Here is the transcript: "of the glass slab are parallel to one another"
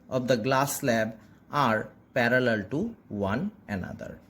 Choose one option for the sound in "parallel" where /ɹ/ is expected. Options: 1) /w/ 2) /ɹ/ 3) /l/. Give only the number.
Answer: 2